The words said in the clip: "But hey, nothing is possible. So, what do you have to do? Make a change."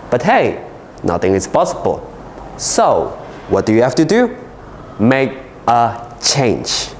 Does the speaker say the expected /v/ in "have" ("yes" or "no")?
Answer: no